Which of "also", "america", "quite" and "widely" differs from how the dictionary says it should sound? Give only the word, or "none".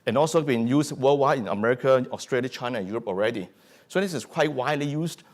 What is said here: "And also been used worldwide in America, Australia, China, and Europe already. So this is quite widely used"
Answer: none